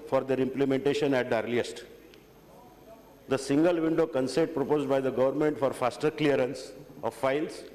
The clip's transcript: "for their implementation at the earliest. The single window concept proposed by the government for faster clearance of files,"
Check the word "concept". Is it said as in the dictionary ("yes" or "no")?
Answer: no